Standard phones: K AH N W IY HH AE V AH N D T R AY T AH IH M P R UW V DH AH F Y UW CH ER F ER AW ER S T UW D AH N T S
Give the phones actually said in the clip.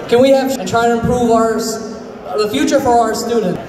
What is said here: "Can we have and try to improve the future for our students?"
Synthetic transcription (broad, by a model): K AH N W IY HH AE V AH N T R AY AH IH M P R UW V DH AH F Y UW CH ER F ER AW ER S T UW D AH N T